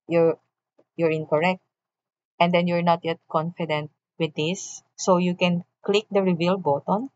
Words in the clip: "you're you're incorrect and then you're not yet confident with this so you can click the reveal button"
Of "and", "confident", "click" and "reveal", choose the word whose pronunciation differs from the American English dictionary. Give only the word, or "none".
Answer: none